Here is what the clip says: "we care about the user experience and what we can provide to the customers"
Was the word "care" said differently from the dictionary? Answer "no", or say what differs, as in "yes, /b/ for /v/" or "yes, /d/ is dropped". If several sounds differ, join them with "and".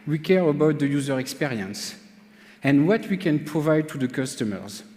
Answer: no